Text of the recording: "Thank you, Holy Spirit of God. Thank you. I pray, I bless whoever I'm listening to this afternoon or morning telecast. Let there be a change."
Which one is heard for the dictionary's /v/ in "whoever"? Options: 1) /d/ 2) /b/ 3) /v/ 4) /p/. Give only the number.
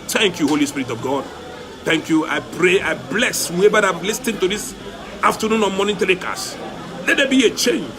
2